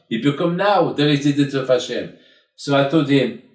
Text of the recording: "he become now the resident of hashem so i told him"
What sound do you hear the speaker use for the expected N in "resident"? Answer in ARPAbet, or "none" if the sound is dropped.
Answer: none